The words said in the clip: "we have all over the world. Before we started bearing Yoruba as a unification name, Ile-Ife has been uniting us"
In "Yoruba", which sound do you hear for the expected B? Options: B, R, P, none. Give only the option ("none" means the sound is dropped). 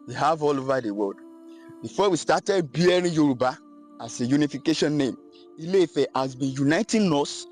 B